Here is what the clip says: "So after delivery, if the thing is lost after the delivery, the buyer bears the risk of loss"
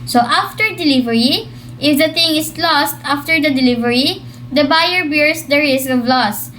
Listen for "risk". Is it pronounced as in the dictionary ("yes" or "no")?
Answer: no